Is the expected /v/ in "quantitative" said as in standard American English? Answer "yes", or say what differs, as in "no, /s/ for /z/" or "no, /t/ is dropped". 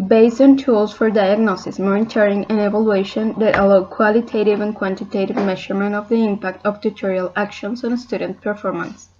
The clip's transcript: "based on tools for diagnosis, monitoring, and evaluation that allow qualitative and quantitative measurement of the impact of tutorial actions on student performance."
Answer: yes